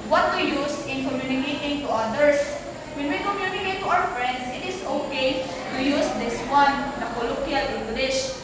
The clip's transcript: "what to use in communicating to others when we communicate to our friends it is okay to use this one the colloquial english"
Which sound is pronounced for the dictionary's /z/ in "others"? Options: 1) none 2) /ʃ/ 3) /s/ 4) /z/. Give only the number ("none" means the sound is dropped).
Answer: 3